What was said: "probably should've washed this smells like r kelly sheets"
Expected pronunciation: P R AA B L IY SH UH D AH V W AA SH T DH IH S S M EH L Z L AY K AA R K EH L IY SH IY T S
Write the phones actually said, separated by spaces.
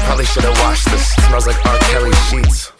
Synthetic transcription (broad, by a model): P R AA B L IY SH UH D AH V W AA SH DH IH S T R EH Z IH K AA R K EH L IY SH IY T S